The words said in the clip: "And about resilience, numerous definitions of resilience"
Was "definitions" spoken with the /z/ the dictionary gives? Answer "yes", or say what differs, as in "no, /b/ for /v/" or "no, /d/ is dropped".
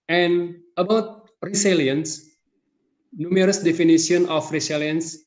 no, /z/ is dropped